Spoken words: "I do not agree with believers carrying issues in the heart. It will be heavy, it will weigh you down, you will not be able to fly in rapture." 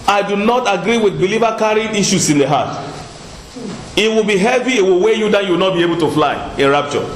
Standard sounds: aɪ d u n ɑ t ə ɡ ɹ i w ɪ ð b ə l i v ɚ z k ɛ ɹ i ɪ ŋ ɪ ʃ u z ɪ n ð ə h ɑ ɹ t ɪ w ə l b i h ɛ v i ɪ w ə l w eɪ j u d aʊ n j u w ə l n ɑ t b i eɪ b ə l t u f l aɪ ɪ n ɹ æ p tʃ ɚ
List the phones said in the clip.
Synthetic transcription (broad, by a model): aɪ d u n ɑ t ə ɡ ɹ i w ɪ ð b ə l i v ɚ k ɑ ɹ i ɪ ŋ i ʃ u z ɪ n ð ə h ɑ t ɪ w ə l b i h ɛ v i ɪ w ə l w eɪ j u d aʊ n j u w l n ɑ t b i eɪ b ə l t u f l aɪ ɪ n ɹ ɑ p tʃ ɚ